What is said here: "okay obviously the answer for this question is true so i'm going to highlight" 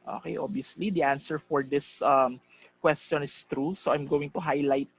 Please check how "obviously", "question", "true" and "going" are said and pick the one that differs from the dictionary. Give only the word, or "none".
obviously